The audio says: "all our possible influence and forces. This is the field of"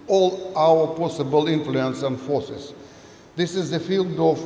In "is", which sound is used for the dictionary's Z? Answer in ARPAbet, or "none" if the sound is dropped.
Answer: Z